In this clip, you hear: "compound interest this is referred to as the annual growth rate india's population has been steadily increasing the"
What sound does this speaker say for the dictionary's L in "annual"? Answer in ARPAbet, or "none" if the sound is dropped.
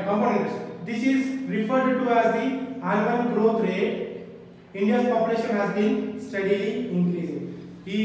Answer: N